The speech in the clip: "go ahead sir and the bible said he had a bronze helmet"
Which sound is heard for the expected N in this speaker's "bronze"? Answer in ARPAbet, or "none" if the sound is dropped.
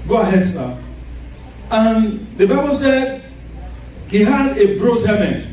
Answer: none